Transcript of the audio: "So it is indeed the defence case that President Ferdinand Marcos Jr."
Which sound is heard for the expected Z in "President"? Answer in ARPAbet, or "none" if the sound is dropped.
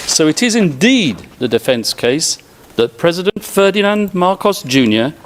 Z